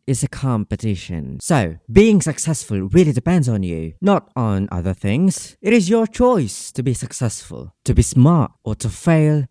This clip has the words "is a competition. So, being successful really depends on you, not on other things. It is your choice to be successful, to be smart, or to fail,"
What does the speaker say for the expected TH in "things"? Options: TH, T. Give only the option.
TH